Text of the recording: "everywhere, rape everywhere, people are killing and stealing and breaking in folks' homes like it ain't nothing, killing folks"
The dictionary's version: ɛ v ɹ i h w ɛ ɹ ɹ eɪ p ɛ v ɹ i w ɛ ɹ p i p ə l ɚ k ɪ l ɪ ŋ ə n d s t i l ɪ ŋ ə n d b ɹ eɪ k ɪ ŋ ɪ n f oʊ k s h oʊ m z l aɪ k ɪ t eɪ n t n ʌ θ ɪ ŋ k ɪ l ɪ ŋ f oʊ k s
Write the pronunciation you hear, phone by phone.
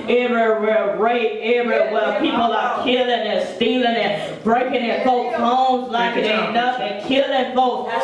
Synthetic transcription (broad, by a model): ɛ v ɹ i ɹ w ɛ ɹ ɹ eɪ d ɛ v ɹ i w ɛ l p i p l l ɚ k ɪ l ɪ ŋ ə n s t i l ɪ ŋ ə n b ɹ eɪ k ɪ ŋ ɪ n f oʊ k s h oʊ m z l aɪ k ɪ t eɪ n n ʌ f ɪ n k ɪ l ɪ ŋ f oʊ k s